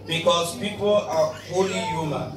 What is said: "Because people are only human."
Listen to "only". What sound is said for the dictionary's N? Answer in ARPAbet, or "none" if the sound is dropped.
none